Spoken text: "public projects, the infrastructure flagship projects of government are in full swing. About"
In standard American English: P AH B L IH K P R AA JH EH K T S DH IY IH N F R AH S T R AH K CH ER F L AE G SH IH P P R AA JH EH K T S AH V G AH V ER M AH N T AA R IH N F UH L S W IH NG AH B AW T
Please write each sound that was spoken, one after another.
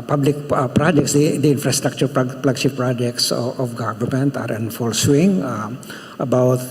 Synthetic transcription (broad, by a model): P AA B L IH K P R AA JH EH K T S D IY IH N F R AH S T R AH K CH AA P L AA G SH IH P P R AA JH EH K T S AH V G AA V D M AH N T AA R IH N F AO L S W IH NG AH B AW T